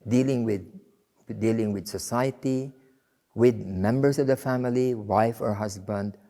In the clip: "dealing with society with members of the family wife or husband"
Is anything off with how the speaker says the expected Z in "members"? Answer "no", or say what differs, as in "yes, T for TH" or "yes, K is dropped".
yes, S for Z